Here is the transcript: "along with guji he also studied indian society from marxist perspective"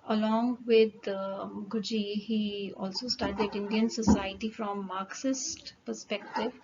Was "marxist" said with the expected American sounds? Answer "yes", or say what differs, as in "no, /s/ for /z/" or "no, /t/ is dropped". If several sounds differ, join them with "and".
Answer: yes